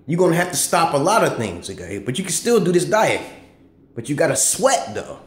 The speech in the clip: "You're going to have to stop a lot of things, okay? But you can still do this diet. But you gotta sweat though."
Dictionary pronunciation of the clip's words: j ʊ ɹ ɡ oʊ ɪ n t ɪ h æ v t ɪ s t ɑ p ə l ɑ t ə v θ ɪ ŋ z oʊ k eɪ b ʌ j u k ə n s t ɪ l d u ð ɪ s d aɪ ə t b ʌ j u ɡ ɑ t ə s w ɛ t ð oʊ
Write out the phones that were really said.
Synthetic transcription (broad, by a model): j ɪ ɡ oʊ ɪ n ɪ h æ f t ɪ s t ɑ p ə l ɑ t ə v θ ɪ ŋ z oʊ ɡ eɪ b ʌ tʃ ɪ k ə n s t ɪ l d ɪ ð ɪ s d aɪ ə t b ʌ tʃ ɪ ɡ ɑ t ə s w ɛ t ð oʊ